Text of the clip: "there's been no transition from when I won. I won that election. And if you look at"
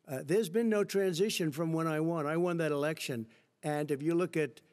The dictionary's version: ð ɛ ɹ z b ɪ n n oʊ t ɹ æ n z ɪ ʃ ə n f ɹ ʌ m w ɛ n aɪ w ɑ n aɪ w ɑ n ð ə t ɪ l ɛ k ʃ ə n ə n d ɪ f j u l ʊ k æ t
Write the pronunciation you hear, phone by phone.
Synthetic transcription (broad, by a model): ð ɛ ɹ z b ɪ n n oʊ t ɹ æ n z ɪ ʃ ə n f ɹ ʌ m w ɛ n aɪ w ɑ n aɪ w ɑ n ð ə t ɪ l ɛ k ʃ ə n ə n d ɪ f j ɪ l ʊ k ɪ t